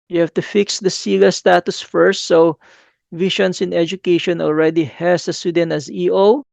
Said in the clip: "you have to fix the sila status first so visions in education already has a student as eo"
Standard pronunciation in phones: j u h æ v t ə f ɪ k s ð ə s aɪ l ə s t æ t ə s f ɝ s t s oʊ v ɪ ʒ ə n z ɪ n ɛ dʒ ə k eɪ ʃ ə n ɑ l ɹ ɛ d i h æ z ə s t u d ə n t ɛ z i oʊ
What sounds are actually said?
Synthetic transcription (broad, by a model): j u h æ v t ə f ɪ k s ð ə s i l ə s t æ t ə s f ɝ s t s oʊ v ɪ ʃ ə n s ɪ n ɛ dʒ ə k eɪ ʃ ə n ɑ l ɹ ɛ d i h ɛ s ə s t u d ə n t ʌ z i oʊ